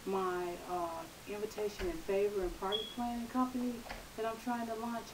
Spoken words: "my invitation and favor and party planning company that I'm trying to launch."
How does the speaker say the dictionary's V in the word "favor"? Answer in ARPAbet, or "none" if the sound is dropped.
V